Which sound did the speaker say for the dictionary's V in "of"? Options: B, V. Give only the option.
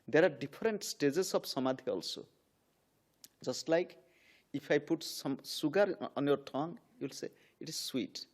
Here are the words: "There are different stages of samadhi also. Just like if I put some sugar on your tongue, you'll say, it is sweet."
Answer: B